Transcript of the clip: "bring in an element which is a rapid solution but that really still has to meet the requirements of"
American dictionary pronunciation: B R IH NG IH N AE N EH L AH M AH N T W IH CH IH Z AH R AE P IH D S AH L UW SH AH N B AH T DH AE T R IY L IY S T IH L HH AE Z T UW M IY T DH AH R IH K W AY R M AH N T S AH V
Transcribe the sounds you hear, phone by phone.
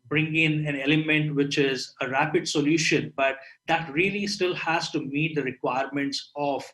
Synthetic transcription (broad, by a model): B R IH NG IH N AE N EH L AH M AH N T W IH CH IH Z AH R AE P IH D S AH L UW SH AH N B AH T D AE T R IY L IY S T IH L HH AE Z T UW M IY T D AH R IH K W AY R M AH N T S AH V